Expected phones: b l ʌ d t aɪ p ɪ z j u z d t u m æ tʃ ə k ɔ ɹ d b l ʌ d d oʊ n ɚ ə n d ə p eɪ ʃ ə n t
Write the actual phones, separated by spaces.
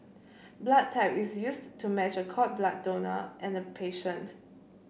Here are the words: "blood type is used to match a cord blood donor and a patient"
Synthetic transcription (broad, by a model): b l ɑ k t aɪ p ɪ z j u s t u m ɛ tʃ ə k ɔ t b l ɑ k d oʊ n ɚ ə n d ə p eɪ ʃ ə n t